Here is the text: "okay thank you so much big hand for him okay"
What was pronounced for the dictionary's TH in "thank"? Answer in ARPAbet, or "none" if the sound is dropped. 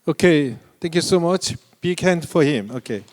T